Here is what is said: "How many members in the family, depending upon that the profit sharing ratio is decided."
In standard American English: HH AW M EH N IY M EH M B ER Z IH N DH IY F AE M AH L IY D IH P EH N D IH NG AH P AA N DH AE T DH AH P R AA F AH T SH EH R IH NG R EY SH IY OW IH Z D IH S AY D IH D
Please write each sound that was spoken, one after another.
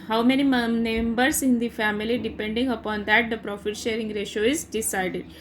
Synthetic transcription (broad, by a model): HH AW M EH N IY M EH M B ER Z IH N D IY F AE M AH L IY D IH P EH N D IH NG AH P AA N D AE T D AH P R AA F AH T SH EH R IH NG R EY SH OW IH Z D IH S AY D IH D